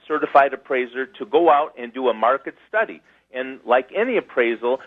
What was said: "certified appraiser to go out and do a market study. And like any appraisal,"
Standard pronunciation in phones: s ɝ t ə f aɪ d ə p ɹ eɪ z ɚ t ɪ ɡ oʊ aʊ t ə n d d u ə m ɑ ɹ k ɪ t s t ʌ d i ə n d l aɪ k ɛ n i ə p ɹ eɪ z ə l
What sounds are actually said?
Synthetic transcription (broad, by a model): s ɝ t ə f aɪ d ə p ɹ eɪ z ɚ t ɪ ɡ oʊ aʊ t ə n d d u ə m ɑ ɹ k ɪ t s t ʌ d i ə n l aɪ k ɛ n i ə p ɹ eɪ z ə l